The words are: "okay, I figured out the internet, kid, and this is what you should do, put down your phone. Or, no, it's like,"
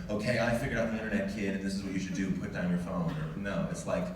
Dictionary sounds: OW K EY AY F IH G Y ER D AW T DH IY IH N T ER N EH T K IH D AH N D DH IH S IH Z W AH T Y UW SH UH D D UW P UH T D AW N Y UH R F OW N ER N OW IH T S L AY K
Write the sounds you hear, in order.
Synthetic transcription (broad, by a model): OW K EY AY F IH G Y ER AW T DH IY IH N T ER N EH T K IH D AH N DH IH S IH Z W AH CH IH SH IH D D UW P UH T D AW N Y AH R F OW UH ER N OW IH T S L AY K